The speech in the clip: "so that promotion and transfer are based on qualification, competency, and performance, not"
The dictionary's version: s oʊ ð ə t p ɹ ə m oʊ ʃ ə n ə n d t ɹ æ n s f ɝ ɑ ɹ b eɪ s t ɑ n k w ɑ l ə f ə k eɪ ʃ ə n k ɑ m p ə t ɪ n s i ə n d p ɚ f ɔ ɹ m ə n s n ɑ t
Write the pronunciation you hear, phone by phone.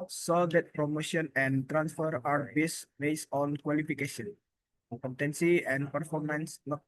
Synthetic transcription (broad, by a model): s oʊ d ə t p ɹ ə m oʊ ʃ ə n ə n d t ɹ æ n s f ɝ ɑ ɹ b eɪ s t ɑ n k w ɑ l ə f ə k eɪ ʃ ə n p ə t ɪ n s i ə n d p ɚ f ɔ ɹ m ə n s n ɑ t